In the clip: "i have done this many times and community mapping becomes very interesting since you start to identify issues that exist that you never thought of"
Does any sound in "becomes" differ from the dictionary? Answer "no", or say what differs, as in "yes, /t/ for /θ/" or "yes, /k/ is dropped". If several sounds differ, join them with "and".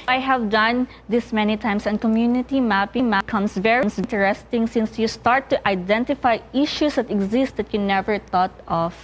yes, /s/ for /z/